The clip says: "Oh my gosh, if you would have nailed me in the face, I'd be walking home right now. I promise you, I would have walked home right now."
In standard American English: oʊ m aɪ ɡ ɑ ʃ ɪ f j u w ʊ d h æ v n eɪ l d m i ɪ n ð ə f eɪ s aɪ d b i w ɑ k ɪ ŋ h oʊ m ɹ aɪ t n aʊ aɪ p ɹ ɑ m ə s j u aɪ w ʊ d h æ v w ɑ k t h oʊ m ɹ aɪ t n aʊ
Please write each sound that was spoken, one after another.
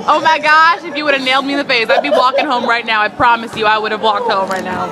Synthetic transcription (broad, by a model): oʊ m aɪ ɡ ɑ ʃ ɪ f j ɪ w ʊ d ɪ v n eɪ l d m i ɪ n ð ə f eɪ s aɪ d b i w ɑ k ɪ ŋ h oʊ m ɹ aɪ t n aʊ aɪ p ɹ ɑ m ə s j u aɪ w ʊ d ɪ v w ɑ k t h oʊ m ɹ aɪ t n aʊ